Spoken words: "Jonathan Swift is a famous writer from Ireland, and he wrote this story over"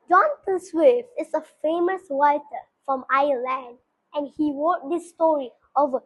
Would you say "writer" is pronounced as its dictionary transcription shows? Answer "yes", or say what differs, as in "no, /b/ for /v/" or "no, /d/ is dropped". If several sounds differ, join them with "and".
no, /w/ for /ɹ/